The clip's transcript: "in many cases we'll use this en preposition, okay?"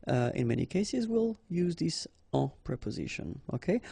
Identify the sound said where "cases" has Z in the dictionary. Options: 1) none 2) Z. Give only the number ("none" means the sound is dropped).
2